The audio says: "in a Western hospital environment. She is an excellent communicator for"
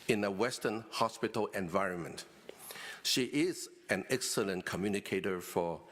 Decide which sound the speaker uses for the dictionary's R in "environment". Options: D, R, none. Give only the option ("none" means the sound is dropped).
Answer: R